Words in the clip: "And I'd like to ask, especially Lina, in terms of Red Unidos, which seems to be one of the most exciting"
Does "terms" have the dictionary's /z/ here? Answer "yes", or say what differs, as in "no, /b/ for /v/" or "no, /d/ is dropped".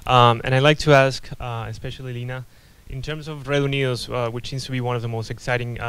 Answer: yes